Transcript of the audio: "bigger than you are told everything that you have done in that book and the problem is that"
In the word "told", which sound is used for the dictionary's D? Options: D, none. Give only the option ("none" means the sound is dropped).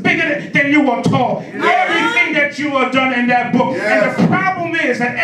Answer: none